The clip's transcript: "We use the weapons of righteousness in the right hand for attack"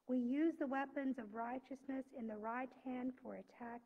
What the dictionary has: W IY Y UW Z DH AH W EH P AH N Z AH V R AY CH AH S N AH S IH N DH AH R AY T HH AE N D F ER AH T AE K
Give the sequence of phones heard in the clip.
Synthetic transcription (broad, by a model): W IY Y UW Z DH AH W EH P AH N Z AH V R AY CH AH S N AH S IH N DH AH R AY T HH AE N D F ER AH T AE K